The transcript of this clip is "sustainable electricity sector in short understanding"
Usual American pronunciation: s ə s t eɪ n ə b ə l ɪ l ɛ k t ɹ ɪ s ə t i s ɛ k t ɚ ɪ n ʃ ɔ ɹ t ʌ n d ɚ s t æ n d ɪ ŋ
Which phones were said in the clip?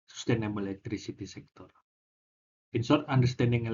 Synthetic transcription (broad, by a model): s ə s t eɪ n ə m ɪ l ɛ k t ɹ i s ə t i s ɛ k t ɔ ɪ n s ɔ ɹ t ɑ n d ɚ s t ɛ n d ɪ ŋ